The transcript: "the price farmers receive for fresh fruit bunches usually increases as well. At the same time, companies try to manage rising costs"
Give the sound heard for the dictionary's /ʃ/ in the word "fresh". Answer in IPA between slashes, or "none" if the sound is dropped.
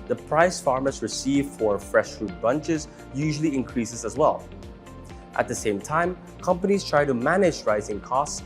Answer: /ʃ/